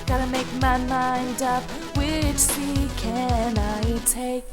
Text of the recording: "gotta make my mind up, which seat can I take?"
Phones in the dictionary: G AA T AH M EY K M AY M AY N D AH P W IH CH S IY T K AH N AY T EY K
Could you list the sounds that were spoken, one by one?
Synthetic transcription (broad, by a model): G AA T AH M EY K M AY M AY N D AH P W IH CH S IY K AH N AY T EY K